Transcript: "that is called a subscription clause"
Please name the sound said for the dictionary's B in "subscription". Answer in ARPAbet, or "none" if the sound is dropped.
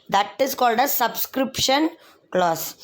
B